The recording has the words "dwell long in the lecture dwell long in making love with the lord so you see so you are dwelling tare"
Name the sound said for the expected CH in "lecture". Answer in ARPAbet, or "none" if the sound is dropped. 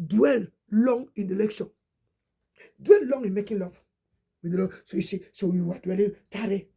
SH